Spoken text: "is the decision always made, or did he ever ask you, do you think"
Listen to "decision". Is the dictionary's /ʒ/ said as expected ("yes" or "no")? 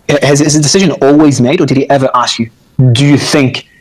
yes